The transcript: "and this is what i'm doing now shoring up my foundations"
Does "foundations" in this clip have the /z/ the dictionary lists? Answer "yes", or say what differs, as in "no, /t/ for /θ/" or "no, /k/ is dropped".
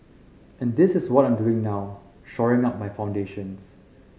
no, /s/ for /z/